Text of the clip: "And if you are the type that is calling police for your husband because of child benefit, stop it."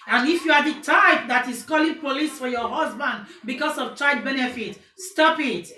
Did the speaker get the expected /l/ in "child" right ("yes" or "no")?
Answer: no